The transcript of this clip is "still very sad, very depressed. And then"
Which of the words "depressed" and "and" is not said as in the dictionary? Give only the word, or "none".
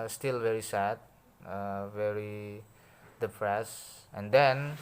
depressed